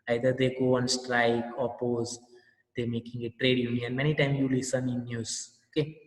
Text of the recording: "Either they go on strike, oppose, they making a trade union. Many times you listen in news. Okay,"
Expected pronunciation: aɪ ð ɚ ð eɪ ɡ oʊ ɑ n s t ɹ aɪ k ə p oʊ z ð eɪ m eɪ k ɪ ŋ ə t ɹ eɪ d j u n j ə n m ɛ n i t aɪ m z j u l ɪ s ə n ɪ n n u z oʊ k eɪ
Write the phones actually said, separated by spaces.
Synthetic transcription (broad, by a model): aɪ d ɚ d eɪ ɡ oʊ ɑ n s t ɹ aɪ k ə p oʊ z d eɪ m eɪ k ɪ ŋ ə t ɹ eɪ d j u n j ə n m ɛ n i t aɪ m j u l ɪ s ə n ɪ n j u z oʊ k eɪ